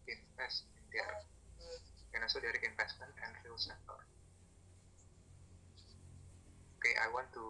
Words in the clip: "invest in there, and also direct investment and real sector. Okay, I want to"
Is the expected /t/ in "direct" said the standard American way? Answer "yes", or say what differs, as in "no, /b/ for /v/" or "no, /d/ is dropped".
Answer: no, /t/ is dropped